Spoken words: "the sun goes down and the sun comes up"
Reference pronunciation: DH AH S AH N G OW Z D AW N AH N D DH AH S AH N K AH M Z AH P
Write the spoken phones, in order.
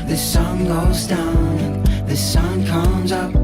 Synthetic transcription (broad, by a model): DH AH S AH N G OW Z D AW AH N DH AH S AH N K AH M Z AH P